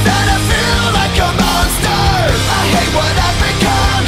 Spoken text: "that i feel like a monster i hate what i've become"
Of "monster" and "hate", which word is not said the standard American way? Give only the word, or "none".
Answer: monster